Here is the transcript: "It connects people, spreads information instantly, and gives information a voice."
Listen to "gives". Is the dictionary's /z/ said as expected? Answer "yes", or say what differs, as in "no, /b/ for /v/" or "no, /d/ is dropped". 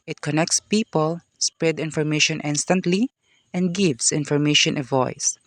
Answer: no, /s/ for /z/